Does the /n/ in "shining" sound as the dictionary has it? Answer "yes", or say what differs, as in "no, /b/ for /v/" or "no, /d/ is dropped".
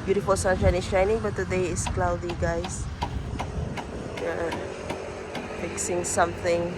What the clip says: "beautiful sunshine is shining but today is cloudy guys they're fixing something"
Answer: yes